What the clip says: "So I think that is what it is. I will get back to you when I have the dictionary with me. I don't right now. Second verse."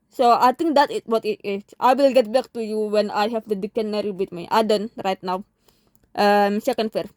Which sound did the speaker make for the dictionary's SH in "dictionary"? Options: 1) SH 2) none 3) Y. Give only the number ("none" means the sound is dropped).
2